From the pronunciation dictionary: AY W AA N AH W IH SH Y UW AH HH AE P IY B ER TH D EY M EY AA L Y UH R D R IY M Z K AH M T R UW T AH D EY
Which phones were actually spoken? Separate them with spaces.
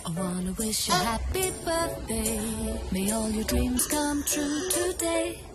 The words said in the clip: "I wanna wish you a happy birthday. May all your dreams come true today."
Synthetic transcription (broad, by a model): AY W AA N AH W IH SH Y AH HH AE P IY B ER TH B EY M EY AA L Y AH R D R IY M Z K AH M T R UW T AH D EY